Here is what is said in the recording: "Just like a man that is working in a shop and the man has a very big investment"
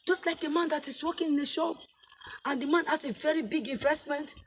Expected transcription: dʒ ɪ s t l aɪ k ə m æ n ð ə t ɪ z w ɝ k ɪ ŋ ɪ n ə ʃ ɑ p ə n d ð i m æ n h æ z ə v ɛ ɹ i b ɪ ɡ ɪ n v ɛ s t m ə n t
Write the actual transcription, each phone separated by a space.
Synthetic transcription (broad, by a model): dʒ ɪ s t l aɪ k ə m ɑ n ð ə t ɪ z w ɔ k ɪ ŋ ɪ n ə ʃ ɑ ə n d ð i m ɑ n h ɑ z ə v ɛ ɹ i b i ɡ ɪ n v ɛ s t m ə n t